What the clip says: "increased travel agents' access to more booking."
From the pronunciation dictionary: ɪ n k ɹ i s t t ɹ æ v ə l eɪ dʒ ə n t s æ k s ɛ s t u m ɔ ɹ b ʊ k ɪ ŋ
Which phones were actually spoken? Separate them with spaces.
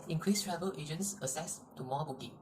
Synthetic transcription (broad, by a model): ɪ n k ɹ i s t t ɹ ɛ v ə l eɪ dʒ ə n t s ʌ s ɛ s t u m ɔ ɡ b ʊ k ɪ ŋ